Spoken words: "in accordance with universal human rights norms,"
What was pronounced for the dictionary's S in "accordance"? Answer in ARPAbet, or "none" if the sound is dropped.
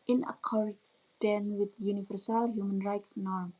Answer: none